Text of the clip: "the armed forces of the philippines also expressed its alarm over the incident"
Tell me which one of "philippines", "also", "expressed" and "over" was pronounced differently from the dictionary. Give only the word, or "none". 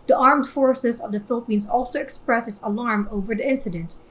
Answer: expressed